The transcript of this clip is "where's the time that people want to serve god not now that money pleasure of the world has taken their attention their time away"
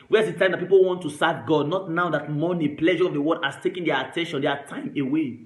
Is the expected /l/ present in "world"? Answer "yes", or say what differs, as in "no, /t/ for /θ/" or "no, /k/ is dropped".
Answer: no, /l/ is dropped